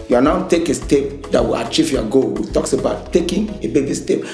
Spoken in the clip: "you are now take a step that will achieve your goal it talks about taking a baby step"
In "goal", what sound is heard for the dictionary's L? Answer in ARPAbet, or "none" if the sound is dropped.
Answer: W